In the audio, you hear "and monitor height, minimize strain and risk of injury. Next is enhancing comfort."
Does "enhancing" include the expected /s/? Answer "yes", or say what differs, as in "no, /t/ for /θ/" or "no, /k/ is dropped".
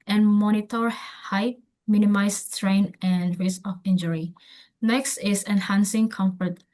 yes